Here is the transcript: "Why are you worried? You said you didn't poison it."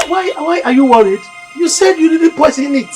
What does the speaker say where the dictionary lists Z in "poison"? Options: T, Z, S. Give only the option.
S